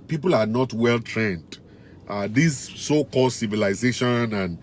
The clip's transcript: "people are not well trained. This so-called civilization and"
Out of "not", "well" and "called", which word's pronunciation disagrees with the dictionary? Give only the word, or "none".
none